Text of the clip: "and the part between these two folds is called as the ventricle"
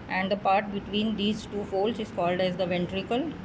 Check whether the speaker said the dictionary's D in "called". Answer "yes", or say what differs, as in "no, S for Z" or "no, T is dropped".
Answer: yes